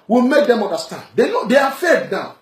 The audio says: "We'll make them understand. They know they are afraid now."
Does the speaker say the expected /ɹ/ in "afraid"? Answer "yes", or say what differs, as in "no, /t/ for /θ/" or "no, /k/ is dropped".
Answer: no, /ɹ/ is dropped